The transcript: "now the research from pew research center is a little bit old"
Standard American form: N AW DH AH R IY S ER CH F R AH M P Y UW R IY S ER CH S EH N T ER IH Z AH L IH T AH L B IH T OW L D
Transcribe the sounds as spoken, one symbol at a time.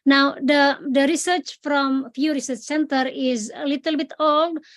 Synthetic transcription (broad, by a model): N AW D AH R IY S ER CH F R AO M F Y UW R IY S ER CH S EH N T ER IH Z AH L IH T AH L B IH T OW L D